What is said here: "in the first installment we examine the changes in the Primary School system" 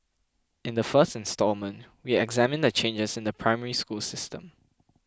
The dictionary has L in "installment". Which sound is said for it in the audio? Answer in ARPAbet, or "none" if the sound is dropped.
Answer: L